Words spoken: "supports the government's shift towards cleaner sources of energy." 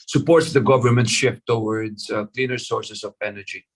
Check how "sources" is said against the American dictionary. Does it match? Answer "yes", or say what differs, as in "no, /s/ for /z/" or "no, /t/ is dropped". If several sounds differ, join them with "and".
no, /s/ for /z/